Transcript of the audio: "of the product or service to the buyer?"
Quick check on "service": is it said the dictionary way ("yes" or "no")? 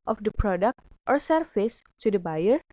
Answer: no